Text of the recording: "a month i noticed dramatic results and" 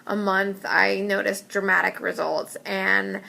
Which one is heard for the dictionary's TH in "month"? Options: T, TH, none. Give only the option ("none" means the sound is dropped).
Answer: TH